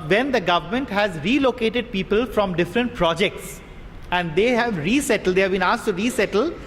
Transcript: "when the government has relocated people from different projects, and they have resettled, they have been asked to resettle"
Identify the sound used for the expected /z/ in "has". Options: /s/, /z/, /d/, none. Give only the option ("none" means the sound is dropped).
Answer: /z/